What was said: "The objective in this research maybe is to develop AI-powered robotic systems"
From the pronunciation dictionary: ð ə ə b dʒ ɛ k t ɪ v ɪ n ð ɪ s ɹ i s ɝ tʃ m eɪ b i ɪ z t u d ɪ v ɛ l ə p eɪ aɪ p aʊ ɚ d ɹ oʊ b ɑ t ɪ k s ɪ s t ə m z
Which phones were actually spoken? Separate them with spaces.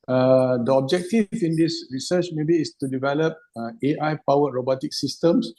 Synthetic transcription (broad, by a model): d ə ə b dʒ ɛ k t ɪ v ɪ n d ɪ s ɹ i s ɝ tʃ m eɪ b i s t u d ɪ v ɛ l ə p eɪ aɪ p aʊ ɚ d ɹ oʊ b ɑ t ɪ k s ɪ s t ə m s